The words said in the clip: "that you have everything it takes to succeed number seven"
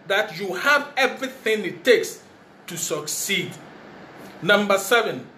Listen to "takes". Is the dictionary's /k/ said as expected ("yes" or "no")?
yes